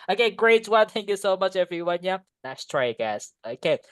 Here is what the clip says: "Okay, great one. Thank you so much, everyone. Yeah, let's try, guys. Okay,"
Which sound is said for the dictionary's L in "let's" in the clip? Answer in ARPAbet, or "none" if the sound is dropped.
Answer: N